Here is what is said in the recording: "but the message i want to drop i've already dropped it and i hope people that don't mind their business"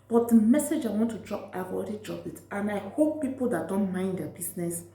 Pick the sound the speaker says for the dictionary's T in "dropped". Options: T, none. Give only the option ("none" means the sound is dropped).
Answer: none